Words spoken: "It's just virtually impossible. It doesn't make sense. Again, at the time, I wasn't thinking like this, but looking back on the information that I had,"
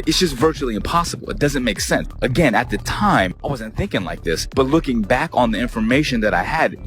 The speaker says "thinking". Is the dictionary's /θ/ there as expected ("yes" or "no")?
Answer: yes